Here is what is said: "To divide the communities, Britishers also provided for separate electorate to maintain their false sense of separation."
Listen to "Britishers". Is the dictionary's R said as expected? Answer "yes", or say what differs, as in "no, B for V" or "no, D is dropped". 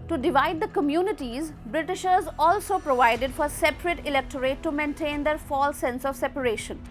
yes